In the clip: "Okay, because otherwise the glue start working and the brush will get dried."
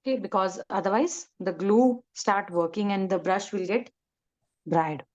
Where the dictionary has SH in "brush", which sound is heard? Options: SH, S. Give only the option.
SH